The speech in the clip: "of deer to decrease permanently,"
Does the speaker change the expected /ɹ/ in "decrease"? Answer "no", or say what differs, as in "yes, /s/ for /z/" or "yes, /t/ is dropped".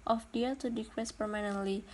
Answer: yes, /w/ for /ɹ/